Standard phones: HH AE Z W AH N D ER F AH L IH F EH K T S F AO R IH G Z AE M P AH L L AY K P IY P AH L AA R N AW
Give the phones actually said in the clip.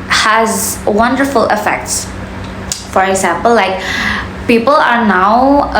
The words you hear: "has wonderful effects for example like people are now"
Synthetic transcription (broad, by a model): HH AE Z W AH N D ER F AH L IH F EH K T S F AO R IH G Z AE M P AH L L AY K P IY P AH L AA R N AW